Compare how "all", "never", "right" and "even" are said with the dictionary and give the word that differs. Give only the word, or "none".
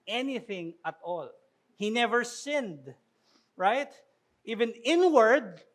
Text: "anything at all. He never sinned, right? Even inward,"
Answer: none